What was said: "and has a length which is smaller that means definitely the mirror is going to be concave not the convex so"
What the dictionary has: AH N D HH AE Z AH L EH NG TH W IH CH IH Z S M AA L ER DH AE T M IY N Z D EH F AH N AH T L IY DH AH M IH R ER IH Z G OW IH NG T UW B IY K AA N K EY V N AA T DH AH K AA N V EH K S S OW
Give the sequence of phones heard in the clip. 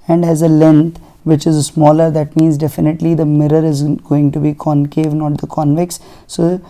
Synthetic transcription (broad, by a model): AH N D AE Z AH L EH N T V IH CH IH Z S M AA L ER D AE T M IY N Z D EH F AH N AH T L IY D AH M IH R ER IH Z G OW IH NG T UW B IY K AA N K EY V N AA T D AH K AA N V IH K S S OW